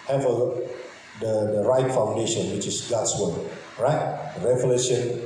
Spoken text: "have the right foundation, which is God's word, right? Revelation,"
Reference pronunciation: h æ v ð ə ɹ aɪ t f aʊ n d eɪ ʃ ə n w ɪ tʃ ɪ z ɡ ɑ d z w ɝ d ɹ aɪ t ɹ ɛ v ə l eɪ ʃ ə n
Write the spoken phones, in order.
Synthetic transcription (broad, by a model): h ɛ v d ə ɹ aɪ t f aʊ n d eɪ ʃ ə n w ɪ tʃ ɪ s ɡ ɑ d s w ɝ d ɹ aɪ t ɹ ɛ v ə l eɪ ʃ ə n